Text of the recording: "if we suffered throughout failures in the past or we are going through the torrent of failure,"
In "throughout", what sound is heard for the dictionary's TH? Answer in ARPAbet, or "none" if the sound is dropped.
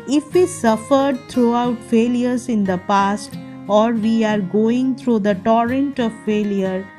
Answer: T